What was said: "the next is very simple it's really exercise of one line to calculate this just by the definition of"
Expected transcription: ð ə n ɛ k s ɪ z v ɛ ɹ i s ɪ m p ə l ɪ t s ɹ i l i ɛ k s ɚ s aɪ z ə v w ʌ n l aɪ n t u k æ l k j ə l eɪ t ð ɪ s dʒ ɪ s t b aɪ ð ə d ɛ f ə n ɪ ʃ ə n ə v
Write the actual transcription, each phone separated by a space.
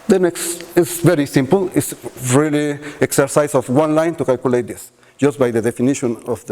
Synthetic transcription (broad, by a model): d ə n ɛ k s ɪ s v ɛ ɹ i s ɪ m p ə l ɪ t s ɹ i l i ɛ k s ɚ s aɪ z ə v w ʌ n l aɪ n t u k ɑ l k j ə l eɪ t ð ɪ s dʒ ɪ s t b aɪ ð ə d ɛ f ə n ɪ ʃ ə n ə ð